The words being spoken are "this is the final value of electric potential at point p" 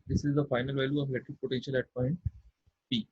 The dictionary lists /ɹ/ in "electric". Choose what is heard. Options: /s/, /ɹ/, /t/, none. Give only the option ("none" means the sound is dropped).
none